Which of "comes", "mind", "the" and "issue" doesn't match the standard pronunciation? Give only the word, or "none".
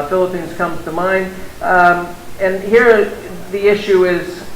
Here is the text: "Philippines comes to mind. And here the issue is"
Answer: comes